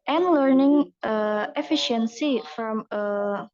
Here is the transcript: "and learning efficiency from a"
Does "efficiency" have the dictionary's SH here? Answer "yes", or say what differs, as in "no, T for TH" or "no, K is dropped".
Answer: yes